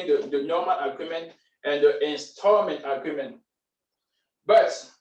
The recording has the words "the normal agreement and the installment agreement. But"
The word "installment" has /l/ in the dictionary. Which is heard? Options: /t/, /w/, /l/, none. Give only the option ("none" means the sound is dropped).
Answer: none